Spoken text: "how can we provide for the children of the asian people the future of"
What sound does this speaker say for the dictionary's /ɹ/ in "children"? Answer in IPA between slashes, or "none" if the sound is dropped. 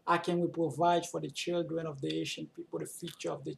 /ɹ/